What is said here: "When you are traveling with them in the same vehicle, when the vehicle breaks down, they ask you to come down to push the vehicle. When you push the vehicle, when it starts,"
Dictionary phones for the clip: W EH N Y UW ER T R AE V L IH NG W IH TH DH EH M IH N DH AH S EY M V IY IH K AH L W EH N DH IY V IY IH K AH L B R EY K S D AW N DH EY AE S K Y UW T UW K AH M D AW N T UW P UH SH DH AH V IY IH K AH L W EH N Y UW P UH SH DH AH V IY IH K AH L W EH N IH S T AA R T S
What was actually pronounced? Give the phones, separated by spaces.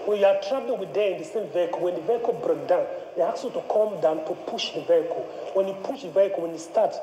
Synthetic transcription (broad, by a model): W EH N Y UW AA T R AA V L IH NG W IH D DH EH IH N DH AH S EY M V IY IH K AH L W EH N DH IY V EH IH K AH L B R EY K D AW N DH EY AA K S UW T UW K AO M D AW N T UW P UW SH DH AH V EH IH K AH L W EH N Y UW P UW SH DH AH V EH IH K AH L W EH N IH S T AA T